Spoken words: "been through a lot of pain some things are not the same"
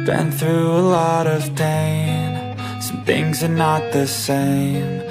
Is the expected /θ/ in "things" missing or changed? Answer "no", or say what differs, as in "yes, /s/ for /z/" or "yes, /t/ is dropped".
no